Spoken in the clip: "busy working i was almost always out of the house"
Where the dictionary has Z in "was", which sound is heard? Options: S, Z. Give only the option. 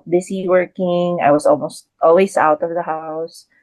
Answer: S